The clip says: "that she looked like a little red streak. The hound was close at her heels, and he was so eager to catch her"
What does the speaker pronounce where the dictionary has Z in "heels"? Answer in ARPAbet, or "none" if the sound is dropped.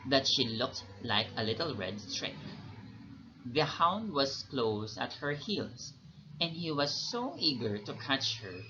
S